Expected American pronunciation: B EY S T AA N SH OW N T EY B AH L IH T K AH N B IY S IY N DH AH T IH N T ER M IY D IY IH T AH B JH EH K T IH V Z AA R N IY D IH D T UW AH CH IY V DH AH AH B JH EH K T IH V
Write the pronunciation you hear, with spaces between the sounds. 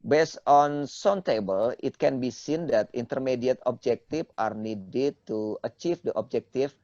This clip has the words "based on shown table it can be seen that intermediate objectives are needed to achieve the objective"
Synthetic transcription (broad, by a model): B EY S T AA N S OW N T EY B AH L IH T K AH N B IY S IY N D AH T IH N T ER M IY D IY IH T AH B JH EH K T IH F AA R N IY D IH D T UW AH CH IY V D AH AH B JH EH K T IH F